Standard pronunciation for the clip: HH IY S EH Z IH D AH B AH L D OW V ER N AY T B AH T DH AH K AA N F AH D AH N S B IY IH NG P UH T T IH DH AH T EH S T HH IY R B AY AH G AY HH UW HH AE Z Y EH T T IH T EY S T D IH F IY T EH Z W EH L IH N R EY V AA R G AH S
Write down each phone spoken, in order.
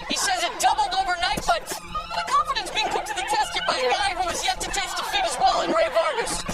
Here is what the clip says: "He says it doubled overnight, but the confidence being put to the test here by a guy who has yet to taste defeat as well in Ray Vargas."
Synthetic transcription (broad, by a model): HH IY S EH Z IH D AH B L D OW V ER N AY T B AH T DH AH K AA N F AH D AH N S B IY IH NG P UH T T IH DH AH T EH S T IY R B AY AH G AY HH UW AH Z Y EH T T IH T EY S T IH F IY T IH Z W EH L IH N R EY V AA R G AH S